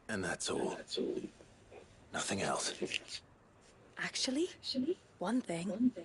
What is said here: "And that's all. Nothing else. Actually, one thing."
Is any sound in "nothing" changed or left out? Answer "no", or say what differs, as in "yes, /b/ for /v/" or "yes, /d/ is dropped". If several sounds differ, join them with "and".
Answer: no